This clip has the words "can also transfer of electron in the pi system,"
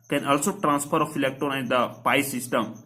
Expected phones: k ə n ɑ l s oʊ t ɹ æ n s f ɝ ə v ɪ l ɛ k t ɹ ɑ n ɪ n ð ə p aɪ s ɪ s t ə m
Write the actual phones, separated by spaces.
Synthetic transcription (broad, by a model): k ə n ɑ l s oʊ t ɹ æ n s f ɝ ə f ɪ l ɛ k t ɑ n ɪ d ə p aɪ s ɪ s t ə m